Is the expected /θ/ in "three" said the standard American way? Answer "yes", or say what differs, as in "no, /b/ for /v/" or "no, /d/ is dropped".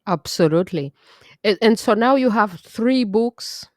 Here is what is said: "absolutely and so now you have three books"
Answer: yes